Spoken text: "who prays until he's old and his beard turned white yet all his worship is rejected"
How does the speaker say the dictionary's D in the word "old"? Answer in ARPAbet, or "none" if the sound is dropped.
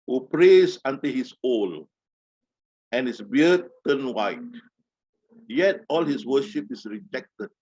none